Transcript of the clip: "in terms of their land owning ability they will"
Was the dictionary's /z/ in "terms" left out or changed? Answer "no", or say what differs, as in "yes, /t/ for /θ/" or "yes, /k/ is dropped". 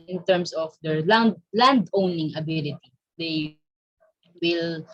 yes, /s/ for /z/